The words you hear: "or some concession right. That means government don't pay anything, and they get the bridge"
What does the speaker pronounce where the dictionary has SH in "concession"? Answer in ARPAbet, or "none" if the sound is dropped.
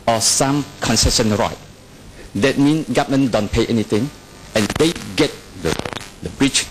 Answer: S